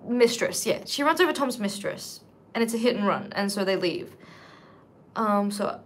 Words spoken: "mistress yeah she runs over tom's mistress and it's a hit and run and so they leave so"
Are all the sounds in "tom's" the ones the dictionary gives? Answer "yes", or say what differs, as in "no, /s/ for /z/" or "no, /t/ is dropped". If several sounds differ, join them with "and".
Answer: yes